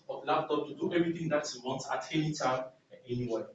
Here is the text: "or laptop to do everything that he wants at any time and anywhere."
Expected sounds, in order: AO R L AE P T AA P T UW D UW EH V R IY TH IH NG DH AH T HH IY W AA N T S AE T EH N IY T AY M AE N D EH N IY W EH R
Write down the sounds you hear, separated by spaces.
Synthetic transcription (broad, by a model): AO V L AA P T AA P T UW D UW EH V R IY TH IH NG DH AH T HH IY W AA N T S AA T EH L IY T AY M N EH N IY W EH